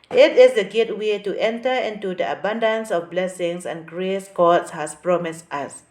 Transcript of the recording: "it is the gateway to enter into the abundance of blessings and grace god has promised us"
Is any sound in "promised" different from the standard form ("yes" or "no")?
no